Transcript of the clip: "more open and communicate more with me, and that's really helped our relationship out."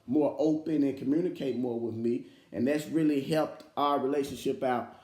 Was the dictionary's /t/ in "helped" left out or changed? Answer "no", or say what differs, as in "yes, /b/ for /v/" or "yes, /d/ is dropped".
no